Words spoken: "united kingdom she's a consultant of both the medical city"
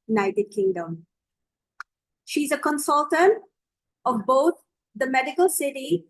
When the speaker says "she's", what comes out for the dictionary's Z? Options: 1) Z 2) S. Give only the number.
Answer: 1